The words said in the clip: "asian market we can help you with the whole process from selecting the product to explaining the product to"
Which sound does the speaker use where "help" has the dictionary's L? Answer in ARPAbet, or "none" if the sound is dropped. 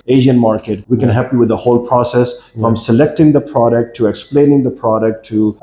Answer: none